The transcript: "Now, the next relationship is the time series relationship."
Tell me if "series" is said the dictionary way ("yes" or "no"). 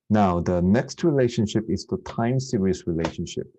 no